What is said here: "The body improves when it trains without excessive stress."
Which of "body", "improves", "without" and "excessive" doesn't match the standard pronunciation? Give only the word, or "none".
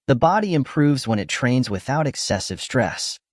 none